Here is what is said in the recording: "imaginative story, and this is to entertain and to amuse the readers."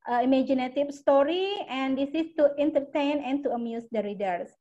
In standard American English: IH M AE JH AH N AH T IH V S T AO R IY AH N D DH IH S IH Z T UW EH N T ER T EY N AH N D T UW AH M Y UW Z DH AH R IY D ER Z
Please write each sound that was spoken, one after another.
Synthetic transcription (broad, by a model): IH M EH JH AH N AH T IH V S T AO R IY AH N D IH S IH S T UW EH N T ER T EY N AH N T UW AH M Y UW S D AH R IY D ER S